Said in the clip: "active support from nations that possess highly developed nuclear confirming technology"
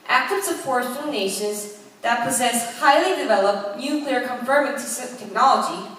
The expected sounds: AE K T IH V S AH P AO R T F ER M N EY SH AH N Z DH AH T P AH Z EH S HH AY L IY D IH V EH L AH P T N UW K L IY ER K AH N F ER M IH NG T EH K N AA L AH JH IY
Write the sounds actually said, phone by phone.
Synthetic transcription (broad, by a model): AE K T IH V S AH F AO R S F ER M N EY SH AH N Z DH AH T P AH Z EH S HH AY L IY D IH V EH L AH P T N UW K L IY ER K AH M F ER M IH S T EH K N AA L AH JH IY